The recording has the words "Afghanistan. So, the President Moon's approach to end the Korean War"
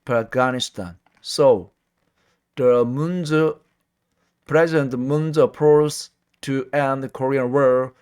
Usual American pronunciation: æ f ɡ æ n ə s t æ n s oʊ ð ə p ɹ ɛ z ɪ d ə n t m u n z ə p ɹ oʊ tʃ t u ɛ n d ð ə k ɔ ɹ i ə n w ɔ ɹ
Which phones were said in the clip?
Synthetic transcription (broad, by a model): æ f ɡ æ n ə s t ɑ n s oʊ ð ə p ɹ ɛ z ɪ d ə n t m u n z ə p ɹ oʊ s t u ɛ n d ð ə k ɔ ɹ i ə n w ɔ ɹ